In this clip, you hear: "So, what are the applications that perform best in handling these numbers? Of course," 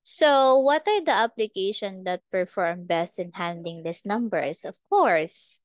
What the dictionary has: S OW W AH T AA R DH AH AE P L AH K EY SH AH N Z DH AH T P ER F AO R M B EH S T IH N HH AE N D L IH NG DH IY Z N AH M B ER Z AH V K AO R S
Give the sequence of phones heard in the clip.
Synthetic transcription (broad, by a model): S OW W AH T AA R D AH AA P L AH K EY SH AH N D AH T P ER F AO R M B EH S T IH N HH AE N D IH NG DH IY S N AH M B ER S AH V K AO R S